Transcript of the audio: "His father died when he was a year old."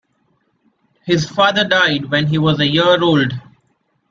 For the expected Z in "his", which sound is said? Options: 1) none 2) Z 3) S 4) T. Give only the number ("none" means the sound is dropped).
2